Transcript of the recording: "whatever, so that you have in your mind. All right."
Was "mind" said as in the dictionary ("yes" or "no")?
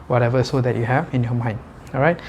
no